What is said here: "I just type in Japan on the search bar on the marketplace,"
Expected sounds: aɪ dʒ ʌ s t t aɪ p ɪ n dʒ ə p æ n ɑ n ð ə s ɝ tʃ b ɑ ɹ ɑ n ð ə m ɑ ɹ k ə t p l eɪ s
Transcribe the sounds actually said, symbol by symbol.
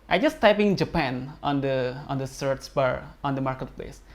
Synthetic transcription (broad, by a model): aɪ dʒ ʌ s t t aɪ p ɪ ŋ dʒ ə p æ n ɑ n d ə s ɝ s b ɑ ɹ ɑ n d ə m ɑ ɹ k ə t p l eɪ s